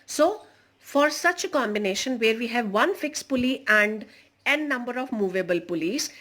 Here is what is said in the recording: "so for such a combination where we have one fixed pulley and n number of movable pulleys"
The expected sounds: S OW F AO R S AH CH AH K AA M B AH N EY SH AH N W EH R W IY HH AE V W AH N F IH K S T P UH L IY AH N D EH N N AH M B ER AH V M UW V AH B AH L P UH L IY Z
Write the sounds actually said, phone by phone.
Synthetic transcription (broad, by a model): S OW F AO R S AH CH AH K AA M B AH N EY SH AH N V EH R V IY HH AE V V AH N F IH K S P UH L IY AH N D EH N N AH M B ER AH V M UW V AH B AH L P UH L IY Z